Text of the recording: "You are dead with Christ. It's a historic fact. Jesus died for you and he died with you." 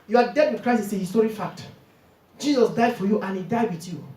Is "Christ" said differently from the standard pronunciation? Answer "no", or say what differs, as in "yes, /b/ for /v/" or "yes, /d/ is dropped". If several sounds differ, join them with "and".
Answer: yes, /t/ is dropped